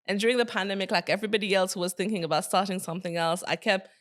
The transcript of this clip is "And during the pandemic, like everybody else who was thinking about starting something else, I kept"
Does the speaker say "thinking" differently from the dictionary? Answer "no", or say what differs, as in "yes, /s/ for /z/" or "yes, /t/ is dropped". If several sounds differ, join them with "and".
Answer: no